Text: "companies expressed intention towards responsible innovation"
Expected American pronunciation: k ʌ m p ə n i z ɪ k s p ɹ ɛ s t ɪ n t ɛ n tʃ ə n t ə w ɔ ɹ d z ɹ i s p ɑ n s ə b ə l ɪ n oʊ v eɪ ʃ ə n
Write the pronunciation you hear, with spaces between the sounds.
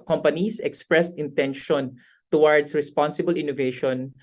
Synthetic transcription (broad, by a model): k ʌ m p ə n i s ɪ k s p ɹ ɛ s t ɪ n t ɛ n ʃ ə n t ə w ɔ ɹ d s ɹ i s p ɑ n s ə b ə l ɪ n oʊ v eɪ ʃ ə n